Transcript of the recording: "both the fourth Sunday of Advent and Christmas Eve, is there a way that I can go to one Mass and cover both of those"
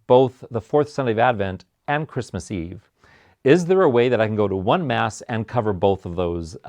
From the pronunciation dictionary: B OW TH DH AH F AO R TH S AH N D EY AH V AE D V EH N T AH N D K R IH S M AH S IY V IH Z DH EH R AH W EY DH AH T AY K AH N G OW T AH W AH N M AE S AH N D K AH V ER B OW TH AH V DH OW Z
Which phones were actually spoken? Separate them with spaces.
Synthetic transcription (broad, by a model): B OW TH DH AH F AO R TH S AH N D EY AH V AE D V EH N T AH N K R IH S M AH S IY V IH Z DH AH R AH W EY DH AH T AY K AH N G OW T AH W AH N M AE S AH N K AH V ER B OW TH AH V DH OW Z